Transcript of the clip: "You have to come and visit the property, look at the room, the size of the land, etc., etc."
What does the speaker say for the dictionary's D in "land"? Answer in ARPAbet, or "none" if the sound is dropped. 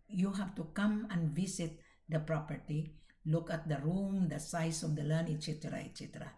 none